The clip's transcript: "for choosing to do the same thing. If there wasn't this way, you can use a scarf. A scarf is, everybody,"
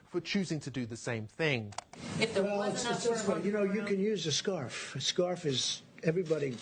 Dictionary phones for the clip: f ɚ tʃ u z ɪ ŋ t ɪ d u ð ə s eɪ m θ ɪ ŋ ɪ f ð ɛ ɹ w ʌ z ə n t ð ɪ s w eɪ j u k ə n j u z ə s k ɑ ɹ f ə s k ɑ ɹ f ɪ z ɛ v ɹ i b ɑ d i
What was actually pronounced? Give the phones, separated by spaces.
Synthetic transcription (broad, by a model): f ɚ tʃ u z ɪ ŋ t ɪ d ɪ ð ə s eɪ m θ ɪ ŋ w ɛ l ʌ s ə t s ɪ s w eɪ j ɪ k ə n j u z ə s k ɑ ɹ f ə s k ɑ ɹ f ɪ z ɛ v ɹ i b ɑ d i